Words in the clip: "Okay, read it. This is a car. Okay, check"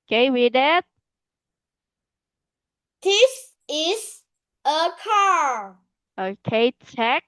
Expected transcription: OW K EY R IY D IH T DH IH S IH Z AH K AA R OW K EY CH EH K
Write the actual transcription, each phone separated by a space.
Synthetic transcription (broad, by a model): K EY W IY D IH T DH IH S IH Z AH K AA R OW K EY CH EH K